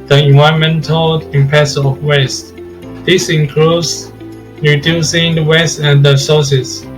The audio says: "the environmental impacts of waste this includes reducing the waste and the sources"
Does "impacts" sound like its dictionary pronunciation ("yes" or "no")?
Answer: no